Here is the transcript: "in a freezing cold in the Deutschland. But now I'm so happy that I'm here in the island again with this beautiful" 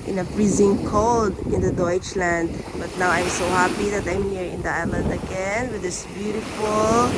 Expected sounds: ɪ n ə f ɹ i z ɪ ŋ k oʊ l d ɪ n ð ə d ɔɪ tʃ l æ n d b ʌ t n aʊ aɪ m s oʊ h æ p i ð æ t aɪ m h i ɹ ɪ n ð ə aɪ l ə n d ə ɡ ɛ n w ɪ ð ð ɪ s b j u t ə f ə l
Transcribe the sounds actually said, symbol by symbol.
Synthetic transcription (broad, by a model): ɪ n ə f ɹ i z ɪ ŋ k oʊ l d ɪ n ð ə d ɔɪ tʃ l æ n d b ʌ t n aʊ aɪ m s oʊ h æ p i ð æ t aɪ m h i ɹ ɪ n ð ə aɪ l ə n d ə ɡ ɛ n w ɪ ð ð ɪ s b j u t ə f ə l